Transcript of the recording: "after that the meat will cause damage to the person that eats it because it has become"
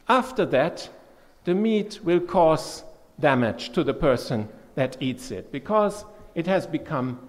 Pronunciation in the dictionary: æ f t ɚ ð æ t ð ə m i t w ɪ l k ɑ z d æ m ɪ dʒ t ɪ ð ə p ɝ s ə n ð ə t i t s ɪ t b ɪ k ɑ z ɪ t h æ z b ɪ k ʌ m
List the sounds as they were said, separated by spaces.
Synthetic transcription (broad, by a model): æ f t ɚ ð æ t ð ə m i t w ɪ l k ɑ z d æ m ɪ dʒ t ɪ ð ə p ɝ s ə n ð ə t i t s ɪ t b ɪ k ɑ z ɪ t h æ z b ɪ k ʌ m